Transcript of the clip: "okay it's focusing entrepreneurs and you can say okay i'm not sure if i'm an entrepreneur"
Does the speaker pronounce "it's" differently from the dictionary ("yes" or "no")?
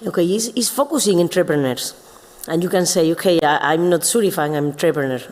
yes